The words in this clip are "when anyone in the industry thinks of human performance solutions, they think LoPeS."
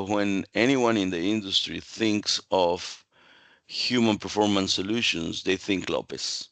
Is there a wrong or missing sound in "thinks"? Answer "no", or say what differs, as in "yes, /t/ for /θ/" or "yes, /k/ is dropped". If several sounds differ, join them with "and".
no